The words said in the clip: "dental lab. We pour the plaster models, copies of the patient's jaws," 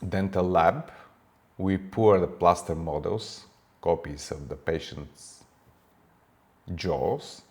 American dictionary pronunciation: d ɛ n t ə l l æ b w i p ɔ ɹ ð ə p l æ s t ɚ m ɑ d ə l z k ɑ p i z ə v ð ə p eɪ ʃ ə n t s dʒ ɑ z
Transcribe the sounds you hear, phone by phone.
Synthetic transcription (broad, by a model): d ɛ n t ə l l æ b w i p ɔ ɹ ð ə p l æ s t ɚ m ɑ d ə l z k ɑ p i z ə v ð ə p eɪ ʃ ə n t s dʒ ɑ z